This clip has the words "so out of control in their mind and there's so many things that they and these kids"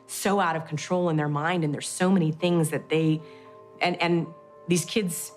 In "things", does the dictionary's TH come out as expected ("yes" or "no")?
yes